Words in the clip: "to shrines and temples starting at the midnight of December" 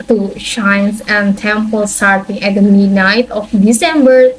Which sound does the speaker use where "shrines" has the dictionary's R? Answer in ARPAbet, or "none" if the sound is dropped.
none